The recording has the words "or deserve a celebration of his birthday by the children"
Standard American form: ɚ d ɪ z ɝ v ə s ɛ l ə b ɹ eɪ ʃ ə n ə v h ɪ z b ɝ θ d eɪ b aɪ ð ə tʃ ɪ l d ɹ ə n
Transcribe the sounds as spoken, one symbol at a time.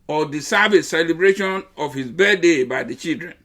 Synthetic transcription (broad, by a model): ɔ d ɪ s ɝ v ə s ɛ l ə b ɹ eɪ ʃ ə n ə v h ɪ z b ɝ d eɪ b aɪ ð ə tʃ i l d ɹ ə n